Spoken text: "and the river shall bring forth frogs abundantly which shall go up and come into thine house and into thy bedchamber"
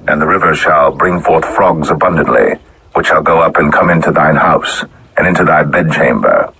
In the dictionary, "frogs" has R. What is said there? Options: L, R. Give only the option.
R